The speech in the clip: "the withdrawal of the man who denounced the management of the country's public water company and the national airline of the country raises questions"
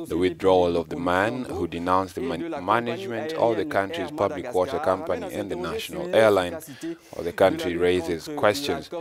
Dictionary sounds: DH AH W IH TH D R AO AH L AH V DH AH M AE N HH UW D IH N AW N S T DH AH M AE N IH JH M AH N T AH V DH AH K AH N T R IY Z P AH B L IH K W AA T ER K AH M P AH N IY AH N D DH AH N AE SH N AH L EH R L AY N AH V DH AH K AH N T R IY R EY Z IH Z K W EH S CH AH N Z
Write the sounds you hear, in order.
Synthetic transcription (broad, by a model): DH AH W IH TH D R AO AH L AH V DH AH M AE N HH UW D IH N AW N S DH AH M AE N IH JH M AH N T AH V DH AH K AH N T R IY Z P AH B L IH K W AA T ER K AH M P AH N IY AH N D DH AH N AE SH N AH L EH R L AY N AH DH AH K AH N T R IY R EY Z IH Z K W EH S CH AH N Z